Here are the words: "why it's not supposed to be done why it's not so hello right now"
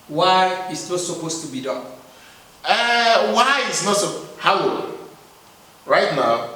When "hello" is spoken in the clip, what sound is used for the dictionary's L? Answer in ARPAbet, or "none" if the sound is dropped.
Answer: W